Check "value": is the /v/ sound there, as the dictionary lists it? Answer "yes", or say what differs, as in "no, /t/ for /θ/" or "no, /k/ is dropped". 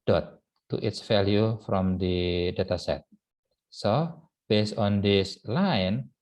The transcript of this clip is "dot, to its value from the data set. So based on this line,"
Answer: no, /f/ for /v/